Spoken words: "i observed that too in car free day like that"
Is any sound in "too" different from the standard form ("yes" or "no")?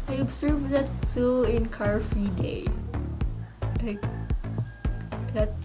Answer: yes